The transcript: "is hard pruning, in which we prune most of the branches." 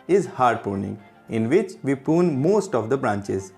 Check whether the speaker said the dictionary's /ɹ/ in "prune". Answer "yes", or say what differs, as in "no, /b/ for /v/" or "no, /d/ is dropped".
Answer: no, /ɹ/ is dropped